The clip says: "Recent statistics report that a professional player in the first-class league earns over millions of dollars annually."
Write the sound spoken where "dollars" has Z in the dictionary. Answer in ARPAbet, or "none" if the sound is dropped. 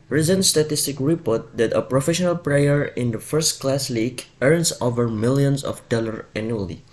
none